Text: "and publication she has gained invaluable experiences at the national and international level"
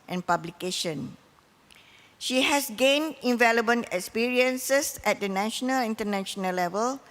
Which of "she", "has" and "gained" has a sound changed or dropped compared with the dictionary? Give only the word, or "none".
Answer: has